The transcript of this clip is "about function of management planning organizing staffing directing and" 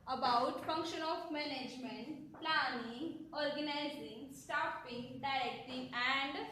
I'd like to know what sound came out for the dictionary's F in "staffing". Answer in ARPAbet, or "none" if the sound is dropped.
P